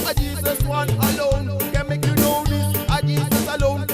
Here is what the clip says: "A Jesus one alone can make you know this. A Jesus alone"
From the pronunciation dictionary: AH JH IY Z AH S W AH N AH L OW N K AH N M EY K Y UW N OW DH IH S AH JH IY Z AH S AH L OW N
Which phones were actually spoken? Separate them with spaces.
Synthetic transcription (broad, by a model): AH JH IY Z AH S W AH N AH L OW N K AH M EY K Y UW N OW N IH AH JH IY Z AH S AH L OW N